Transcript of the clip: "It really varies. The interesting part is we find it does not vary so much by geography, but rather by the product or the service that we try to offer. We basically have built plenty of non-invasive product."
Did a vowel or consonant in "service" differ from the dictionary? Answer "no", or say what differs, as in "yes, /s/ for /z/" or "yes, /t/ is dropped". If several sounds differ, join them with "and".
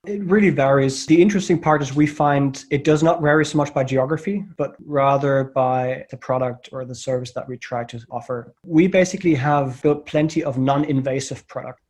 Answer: no